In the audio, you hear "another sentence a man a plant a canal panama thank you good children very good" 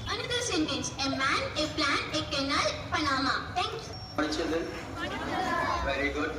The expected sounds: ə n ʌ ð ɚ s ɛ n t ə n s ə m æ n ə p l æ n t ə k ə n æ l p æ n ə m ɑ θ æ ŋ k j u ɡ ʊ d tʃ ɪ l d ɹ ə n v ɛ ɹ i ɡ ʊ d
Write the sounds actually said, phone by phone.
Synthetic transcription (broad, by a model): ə n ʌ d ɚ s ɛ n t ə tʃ ə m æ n ə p l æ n ə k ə n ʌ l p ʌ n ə m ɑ t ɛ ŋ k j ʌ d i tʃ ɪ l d ə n v ɛ ɹ i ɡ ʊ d